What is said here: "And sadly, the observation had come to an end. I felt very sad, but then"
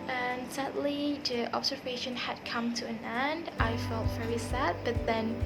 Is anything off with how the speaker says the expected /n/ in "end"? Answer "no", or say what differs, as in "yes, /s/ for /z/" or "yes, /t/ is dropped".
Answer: no